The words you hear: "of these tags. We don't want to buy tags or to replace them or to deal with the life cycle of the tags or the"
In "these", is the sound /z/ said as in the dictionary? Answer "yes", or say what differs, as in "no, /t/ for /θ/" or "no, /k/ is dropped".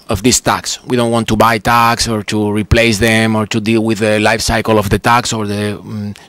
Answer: no, /s/ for /z/